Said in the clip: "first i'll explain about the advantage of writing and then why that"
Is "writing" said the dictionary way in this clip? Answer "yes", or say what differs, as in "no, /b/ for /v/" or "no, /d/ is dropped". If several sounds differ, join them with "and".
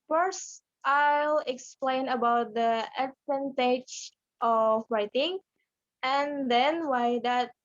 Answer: yes